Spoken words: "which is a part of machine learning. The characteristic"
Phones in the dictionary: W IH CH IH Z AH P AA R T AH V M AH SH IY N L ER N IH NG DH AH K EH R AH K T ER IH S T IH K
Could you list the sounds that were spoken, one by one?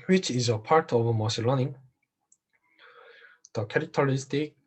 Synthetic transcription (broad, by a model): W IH CH IH Z AH P AA R T AH V M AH S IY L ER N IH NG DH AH K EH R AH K T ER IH S T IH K